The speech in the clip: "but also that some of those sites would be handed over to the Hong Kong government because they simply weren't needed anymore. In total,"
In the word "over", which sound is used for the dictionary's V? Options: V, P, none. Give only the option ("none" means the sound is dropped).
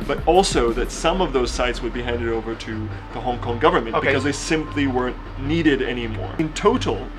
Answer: V